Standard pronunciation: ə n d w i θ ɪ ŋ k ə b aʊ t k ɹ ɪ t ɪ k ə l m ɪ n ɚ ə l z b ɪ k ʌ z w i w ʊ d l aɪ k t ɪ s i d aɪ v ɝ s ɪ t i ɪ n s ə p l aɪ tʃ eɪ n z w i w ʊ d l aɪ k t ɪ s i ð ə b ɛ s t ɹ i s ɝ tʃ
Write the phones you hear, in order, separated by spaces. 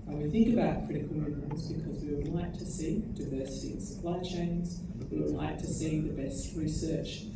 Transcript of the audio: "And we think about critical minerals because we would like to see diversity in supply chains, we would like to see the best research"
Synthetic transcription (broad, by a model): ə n w i θ ɪ ŋ k ə b aʊ t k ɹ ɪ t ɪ k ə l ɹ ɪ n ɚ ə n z b ɪ k ʌ z w i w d l aɪ k t ɪ s i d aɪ v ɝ s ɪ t i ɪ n s ə p l aɪ tʃ eɪ n z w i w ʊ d l aɪ k t ɪ s i ð ə b ɛ s t ɹ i s ɝ tʃ